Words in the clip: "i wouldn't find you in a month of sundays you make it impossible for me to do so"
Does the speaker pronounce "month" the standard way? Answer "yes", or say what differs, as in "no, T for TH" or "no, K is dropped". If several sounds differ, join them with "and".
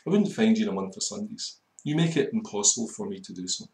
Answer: yes